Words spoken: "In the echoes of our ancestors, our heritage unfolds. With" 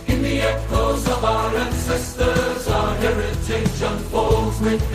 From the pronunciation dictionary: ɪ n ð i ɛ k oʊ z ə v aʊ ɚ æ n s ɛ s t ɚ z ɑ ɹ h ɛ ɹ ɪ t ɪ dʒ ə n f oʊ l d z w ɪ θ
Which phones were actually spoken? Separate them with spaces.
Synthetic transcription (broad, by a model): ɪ n ð i ɛ k oʊ z ə v aʊ ɚ æ n s ɛ s t ɚ z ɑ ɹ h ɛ ɹ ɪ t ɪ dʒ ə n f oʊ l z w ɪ